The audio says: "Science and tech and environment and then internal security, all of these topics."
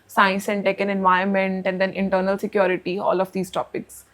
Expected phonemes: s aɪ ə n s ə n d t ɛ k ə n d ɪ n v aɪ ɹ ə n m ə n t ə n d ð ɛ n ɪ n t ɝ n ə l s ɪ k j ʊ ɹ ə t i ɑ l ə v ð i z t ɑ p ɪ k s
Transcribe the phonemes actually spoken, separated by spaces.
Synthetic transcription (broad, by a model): s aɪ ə n s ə n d t ɛ k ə n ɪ n v aɪ ə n m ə n t ə n d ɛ n ɪ n t ɝ n ə l s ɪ k j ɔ ɹ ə t i ɑ l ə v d i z t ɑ p ɪ k s